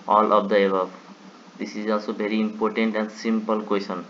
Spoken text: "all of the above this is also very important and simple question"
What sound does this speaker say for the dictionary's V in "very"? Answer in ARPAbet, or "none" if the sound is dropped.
B